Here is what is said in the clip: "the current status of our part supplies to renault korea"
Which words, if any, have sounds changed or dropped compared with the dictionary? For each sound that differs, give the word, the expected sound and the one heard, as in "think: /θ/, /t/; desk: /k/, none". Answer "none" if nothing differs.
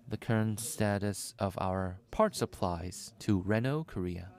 none